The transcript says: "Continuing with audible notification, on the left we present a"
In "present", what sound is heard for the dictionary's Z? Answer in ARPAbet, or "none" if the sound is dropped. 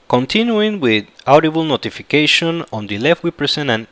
S